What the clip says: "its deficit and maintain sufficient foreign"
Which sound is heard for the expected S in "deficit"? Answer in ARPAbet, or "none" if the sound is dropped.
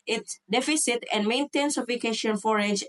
S